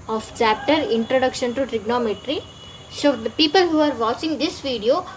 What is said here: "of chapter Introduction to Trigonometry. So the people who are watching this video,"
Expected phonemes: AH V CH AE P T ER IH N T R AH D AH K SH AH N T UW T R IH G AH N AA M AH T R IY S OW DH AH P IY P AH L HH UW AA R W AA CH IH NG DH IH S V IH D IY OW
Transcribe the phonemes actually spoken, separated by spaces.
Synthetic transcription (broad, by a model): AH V CH AE P T ER IH N T R AH D AH K SH AH N T UW T R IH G N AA M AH T R IY S OW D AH P IY P AH L HH UW AA R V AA CH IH NG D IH S V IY D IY OW